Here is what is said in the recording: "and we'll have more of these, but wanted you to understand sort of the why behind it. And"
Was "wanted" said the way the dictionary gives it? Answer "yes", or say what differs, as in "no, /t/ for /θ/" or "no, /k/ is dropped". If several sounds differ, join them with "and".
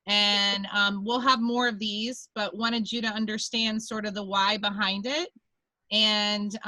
no, /n/ is dropped